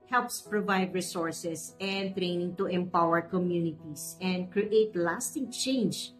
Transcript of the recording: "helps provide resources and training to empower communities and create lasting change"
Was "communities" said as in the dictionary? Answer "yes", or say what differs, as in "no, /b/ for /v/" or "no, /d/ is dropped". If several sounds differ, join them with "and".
no, /s/ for /z/